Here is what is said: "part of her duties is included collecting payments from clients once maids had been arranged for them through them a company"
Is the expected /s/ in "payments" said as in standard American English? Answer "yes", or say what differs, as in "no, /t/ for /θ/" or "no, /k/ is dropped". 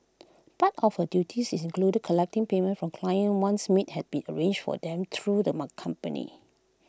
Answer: no, /s/ is dropped